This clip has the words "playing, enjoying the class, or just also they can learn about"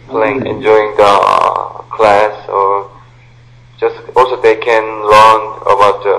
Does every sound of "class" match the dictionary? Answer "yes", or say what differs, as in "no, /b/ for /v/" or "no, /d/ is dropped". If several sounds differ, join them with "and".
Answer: yes